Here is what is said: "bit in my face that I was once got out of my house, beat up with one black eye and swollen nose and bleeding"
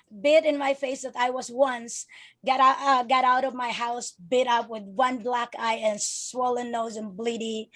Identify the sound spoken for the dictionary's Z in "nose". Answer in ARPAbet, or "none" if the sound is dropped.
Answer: Z